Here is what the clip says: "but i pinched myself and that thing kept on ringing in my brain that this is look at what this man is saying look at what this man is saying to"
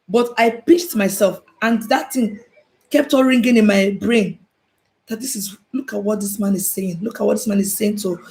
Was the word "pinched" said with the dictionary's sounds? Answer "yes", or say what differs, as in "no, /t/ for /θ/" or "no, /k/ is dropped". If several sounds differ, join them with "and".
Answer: no, /n/ is dropped